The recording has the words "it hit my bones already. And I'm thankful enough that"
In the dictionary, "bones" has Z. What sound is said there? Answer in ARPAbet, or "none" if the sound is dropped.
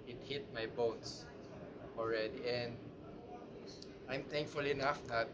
S